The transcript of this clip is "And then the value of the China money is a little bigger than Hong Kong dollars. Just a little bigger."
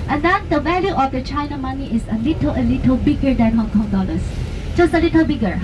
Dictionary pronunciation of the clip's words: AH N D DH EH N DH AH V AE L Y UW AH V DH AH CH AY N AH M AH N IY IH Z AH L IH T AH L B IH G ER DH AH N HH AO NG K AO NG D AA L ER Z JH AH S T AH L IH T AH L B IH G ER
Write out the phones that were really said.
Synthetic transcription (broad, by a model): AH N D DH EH N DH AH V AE L Y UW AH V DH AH CH AY N AH M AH N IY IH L AH L IH T AH L B IH G ER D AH N HH AO NG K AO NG D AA L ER S JH AH S T AH L IH T AH L B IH G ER